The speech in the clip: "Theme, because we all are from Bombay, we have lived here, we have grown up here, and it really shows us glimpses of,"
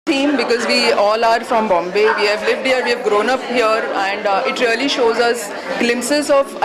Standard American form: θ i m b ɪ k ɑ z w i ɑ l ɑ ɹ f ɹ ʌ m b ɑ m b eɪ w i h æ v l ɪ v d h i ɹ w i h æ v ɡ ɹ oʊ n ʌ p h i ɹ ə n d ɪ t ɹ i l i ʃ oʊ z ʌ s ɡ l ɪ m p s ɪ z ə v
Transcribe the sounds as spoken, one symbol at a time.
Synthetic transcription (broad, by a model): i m b ɪ k ɑ z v i ɑ l ɑ ɹ f ɹ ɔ m b ɑ m b eɪ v i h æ v l ɪ v d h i ɹ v i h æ v ɡ ɹ oʊ n ʌ p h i ɹ ə n d ɪ t ɹ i l i ʃ oʊ z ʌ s ɡ l ɪ m p s ɪ z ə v